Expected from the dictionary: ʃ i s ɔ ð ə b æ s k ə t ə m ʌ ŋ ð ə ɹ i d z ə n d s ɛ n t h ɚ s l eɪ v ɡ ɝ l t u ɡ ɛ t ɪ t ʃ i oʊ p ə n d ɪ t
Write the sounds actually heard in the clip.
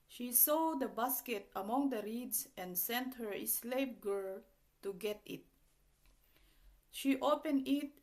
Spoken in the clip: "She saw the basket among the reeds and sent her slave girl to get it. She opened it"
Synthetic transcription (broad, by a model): ʃ i s ɔ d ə b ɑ s k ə t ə m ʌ ŋ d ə ɹ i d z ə n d s ɛ n t h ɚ s l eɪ p ɡ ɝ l t u ɡ ɛ t ɪ t ʃ i oʊ p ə n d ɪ t